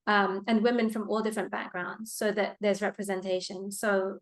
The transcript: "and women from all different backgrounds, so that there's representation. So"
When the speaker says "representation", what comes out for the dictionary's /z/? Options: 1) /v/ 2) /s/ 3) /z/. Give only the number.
3